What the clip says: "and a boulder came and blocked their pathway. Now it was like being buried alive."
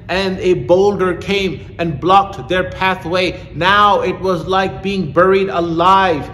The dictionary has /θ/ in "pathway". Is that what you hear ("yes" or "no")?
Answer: yes